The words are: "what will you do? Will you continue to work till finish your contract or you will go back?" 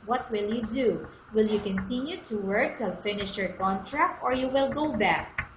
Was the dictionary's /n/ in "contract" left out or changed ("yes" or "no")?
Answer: no